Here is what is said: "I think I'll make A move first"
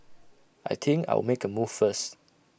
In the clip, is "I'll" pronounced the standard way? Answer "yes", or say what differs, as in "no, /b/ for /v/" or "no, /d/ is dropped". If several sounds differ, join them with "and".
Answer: no, /w/ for /l/